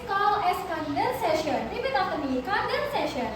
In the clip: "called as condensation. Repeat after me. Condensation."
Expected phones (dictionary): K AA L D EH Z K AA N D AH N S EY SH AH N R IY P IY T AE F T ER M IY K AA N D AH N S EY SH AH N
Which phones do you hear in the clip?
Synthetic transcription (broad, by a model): K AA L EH S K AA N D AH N S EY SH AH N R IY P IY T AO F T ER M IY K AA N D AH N S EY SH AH N